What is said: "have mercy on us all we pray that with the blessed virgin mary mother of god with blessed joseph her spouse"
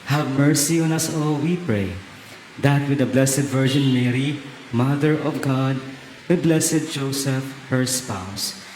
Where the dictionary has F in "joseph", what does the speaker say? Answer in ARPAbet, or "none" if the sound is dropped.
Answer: F